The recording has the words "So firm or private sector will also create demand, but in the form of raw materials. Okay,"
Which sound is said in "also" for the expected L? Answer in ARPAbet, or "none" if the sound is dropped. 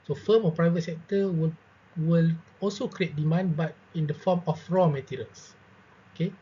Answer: L